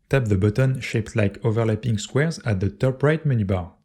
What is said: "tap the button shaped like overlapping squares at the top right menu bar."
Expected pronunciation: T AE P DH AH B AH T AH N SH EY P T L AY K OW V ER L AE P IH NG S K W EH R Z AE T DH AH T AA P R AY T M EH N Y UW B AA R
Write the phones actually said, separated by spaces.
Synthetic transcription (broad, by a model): T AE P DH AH B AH T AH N SH EY P T L AY K OW V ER L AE P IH NG S K W EH R Z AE T DH AH T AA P R AY T M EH N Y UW B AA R